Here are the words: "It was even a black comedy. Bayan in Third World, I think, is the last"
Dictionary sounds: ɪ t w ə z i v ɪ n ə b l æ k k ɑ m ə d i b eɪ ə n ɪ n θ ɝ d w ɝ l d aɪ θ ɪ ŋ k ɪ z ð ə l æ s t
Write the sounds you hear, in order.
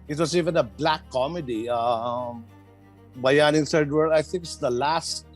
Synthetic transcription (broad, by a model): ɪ t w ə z i v ɪ n ə b l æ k k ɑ m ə d i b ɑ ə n ɪ n s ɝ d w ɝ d aɪ θ ɪ ŋ k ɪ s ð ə l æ s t